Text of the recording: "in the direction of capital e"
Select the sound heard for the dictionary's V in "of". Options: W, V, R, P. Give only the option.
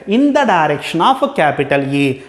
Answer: P